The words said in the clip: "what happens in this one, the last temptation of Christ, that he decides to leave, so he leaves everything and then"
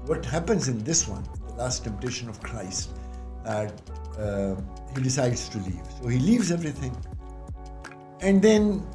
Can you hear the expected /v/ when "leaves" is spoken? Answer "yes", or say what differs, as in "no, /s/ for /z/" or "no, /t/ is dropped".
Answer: yes